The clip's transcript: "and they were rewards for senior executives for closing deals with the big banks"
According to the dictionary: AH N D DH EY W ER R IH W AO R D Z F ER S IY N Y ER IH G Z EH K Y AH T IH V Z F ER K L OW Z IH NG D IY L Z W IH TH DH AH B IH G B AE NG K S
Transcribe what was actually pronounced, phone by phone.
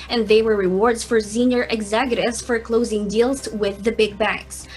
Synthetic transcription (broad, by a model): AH N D DH EY W ER R IH W AO R D Z F ER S IY N Y ER IH G Z EH K Y AH T IH V Z F ER K L OW Z IH NG D IY L Z W IH DH AH B IH G B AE NG K S